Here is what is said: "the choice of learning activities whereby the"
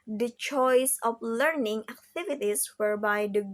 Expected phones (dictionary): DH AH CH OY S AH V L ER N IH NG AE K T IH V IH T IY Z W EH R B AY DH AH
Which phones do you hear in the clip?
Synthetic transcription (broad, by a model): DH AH CH OY S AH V L ER N IH NG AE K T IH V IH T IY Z W EH R B AY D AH